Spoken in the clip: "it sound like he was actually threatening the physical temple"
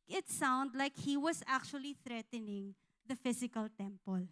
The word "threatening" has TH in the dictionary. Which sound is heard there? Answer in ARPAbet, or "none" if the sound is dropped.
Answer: TH